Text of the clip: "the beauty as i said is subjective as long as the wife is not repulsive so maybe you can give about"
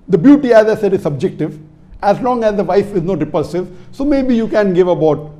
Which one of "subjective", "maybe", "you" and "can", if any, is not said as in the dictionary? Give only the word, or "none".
none